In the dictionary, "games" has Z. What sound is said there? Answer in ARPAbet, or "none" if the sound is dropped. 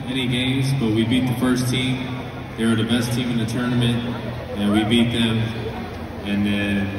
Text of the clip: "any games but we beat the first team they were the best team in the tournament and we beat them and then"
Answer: Z